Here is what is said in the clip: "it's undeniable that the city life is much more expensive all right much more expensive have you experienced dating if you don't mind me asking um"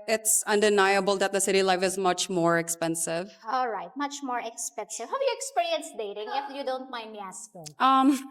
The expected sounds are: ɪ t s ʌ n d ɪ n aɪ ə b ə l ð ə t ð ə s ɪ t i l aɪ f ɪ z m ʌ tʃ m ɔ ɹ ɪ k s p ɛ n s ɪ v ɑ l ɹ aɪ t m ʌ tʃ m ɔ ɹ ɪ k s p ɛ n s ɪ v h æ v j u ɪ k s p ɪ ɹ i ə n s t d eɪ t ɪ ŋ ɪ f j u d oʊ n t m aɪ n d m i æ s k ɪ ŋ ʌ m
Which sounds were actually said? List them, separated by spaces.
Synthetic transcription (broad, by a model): ɪ t s ʌ n d ɪ n aɪ ə b ə l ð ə t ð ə s ɪ t i l aɪ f ɪ z m ʌ tʃ m ɔ ɹ ɪ k s p ɛ n s ɪ v ɑ l ɹ aɪ t m ʌ tʃ m ɔ ɹ ɪ k s p ɛ n s ɪ v h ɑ j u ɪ k s p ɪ ɹ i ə n s d eɪ t ɪ ŋ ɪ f j u d oʊ n t m aɪ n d m i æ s ɪ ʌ m